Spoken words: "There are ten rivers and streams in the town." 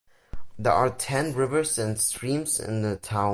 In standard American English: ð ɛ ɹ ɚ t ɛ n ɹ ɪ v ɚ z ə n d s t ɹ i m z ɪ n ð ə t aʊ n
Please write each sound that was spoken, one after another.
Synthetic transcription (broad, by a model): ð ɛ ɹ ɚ t ɛ n ɹ ɪ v ɚ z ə n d s t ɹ i m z ɪ n ð ə t aʊ